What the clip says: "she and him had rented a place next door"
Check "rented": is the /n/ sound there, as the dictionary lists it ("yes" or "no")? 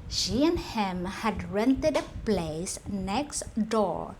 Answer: yes